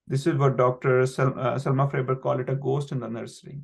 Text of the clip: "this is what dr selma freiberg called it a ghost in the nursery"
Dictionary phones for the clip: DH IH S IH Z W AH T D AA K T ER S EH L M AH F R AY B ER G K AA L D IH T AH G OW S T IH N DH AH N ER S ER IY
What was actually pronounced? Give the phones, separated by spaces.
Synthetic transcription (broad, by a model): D IH S IH Z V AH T D AA K T ER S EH L M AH F R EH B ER K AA L IH T AH G OW S T IH N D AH N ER S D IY